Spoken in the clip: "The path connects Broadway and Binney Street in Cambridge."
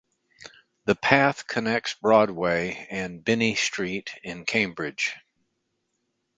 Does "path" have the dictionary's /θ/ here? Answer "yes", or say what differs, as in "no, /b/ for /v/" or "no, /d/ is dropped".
yes